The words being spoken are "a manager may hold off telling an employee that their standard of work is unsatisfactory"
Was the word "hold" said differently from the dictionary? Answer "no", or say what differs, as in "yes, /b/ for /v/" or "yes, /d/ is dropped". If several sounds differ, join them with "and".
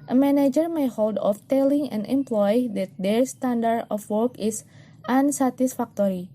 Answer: no